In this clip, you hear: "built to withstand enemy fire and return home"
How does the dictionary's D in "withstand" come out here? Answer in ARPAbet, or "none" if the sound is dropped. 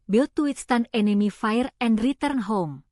none